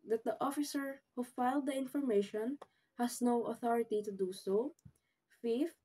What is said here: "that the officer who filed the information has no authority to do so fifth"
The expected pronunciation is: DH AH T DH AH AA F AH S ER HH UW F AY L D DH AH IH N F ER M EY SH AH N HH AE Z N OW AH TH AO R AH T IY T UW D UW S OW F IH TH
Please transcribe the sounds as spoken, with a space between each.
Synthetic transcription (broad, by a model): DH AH T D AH AA F AH S ER HH UW F AY L D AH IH N F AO M EY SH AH N HH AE S N OW AH TH AO R AH T IY T UW D UW S OW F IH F